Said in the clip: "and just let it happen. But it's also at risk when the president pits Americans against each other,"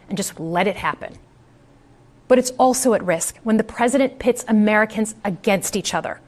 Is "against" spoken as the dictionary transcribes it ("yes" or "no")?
yes